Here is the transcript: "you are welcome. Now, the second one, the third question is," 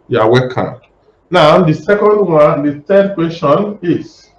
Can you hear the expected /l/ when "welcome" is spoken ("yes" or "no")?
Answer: no